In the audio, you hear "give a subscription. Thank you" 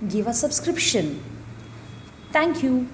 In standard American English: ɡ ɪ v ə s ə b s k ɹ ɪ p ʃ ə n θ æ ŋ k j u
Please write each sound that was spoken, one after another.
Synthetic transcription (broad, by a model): ɡ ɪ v ə s ə b s k ɹ ɪ p ʃ ə n t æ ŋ k j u